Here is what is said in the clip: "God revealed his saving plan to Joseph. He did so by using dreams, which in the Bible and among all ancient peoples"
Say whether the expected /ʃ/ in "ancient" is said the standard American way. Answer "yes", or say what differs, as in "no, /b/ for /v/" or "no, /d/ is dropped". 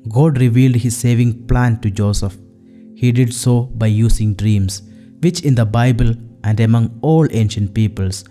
yes